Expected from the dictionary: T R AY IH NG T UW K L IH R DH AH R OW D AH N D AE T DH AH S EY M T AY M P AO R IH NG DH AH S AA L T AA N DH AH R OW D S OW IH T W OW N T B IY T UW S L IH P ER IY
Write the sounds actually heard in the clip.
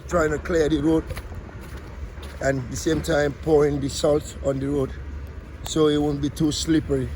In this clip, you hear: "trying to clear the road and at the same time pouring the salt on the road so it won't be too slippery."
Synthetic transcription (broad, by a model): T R AY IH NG T UW K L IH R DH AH R OW D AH N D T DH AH S EY M T AY M P AO R IH NG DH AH S AA L T AA N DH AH R OW D S OW IH T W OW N B IY T UW S L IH P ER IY